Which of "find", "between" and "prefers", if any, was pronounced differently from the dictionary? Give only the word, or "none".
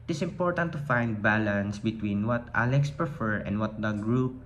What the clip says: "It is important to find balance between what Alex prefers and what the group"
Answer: prefers